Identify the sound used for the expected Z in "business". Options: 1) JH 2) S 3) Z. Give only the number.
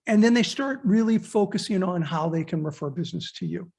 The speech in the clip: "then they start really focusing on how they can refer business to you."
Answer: 3